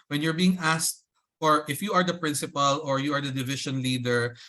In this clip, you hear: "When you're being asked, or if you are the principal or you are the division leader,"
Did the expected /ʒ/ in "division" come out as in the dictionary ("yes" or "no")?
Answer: no